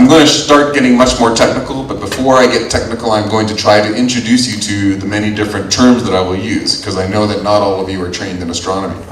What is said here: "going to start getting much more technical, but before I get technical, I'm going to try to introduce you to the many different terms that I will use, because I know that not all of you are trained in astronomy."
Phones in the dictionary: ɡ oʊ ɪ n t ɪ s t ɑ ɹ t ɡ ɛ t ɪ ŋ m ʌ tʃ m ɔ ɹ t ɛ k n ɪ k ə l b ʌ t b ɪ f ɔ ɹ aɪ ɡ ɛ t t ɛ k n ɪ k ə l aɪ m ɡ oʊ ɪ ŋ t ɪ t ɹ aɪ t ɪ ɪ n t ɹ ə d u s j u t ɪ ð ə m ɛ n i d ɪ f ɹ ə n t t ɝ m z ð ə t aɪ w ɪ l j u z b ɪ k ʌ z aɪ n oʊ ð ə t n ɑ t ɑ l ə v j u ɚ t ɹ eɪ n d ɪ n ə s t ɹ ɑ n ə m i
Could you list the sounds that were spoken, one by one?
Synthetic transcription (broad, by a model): ɡ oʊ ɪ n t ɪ s t ɑ ɹ t ɡ ɛ t ɪ ŋ m ʌ tʃ m ɔ ɹ t ɛ k n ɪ k l b ʌ t b ɪ f ɔ ɹ aɪ ɡ ɛ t t ɛ k n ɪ k l aɪ m ɡ oʊ ɪ ŋ t ɪ t ɹ aɪ t ɪ ɪ n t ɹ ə d u s j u t ɪ ð ə m ɛ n i d ɪ f ɹ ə n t t ɝ m z ð ə t aɪ w ɪ l j u z k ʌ z aɪ n oʊ ð ə t n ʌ t ɑ l ə v j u ɚ t ɹ eɪ n d ɪ n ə s t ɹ ɑ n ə m i